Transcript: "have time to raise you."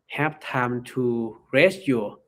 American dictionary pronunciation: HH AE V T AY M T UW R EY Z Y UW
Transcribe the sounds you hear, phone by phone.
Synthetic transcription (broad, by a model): HH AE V T AY M T UW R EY S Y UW